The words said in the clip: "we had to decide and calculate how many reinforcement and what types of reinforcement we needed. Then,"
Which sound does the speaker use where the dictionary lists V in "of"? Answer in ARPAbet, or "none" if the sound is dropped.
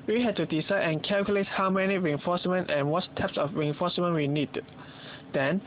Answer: F